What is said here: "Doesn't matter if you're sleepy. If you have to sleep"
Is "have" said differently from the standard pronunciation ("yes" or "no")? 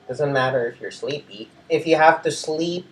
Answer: yes